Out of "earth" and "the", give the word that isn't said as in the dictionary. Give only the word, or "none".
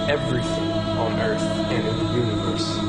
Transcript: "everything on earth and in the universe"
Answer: none